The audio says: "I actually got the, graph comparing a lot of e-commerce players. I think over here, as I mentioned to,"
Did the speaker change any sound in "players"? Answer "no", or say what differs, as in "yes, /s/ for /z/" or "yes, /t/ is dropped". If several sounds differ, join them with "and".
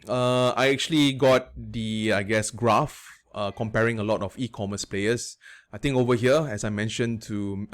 yes, /s/ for /z/